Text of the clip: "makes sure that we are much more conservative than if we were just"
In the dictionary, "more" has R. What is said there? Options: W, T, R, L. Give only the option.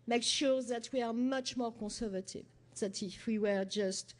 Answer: R